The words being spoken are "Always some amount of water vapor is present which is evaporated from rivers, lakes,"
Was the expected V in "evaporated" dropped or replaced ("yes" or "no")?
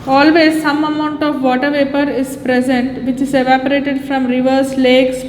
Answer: no